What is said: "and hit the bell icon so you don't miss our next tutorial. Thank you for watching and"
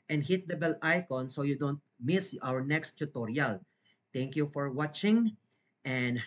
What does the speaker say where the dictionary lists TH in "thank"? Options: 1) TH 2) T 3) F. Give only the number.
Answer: 2